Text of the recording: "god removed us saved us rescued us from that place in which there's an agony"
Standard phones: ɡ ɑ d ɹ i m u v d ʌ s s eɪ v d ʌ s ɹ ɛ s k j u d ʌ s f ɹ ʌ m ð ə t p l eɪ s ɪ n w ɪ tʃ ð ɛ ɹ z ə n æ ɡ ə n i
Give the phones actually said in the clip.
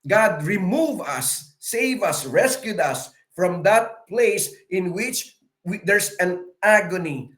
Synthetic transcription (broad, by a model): ɡ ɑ d ɹ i m u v ʌ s s eɪ v ʌ s ɹ ɛ s k j u d ʌ s f ɹ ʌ m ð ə t p l eɪ s ɪ n w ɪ tʃ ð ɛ ɹ s ə n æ ɡ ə n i